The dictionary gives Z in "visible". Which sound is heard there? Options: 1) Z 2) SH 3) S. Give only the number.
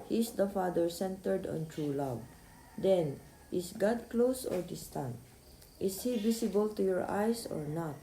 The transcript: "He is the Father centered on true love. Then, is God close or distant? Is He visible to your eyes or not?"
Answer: 3